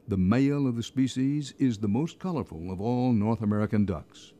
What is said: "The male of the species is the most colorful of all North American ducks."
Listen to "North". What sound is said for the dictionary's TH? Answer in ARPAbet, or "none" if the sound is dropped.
TH